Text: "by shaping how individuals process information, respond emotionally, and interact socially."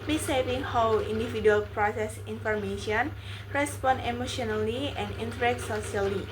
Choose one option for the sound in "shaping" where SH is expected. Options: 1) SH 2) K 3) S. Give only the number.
3